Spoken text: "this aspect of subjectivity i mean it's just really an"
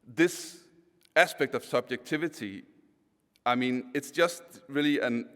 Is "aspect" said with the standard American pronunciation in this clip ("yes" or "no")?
yes